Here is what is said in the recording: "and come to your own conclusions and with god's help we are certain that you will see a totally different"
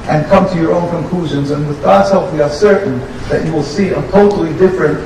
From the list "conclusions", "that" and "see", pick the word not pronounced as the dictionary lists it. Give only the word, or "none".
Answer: none